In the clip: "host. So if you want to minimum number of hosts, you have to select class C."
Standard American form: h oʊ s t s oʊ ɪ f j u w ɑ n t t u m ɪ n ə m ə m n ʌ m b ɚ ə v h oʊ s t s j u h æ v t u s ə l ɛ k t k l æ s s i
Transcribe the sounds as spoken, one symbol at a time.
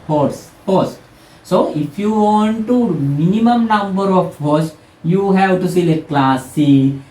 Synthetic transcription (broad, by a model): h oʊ s t s oʊ ɪ f j u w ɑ n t t u m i n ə m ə m n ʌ m b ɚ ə f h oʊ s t j u h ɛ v t u s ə l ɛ t k l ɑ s s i